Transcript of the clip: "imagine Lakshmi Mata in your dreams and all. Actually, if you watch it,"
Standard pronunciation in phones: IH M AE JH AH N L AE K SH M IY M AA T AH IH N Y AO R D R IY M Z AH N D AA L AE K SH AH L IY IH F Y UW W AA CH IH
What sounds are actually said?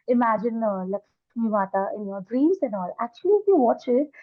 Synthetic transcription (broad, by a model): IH M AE JH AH N L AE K M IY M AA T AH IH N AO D R IY M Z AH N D AA L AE K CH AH L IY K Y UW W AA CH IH